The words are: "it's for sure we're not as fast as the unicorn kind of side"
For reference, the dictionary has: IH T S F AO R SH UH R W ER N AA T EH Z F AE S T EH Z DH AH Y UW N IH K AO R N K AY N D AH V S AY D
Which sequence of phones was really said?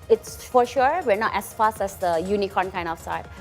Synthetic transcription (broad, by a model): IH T S F AO R SH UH R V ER N AA T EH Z F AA S T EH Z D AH Y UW N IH K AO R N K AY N AH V S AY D